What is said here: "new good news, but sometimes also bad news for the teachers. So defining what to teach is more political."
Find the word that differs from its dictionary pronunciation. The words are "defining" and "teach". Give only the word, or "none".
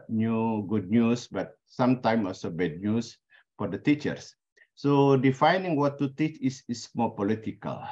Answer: teach